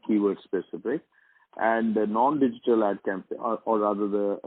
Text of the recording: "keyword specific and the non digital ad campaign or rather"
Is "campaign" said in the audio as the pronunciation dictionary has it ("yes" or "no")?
no